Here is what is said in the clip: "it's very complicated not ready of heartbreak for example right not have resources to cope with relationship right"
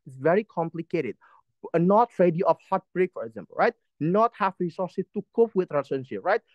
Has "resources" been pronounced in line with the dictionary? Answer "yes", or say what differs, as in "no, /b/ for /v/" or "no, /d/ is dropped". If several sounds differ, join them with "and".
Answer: no, /z/ is dropped